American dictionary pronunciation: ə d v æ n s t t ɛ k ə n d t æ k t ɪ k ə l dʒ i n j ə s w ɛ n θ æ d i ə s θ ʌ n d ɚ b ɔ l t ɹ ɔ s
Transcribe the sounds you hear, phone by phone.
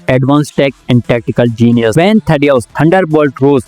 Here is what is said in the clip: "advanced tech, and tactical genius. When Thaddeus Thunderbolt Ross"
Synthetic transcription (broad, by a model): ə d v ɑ n s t t ɛ k ə n d t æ k t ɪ k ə l dʒ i n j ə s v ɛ n t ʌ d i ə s t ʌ n d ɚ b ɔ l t ɹ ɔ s